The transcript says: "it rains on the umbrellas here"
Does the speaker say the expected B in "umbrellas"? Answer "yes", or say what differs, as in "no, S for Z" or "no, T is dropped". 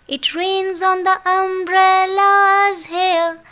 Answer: yes